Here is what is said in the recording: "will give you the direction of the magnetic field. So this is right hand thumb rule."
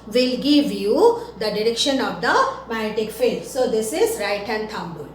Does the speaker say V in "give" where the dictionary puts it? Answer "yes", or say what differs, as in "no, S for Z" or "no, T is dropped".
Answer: yes